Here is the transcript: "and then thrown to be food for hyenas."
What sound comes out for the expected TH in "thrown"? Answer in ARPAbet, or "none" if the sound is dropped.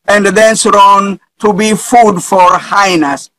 S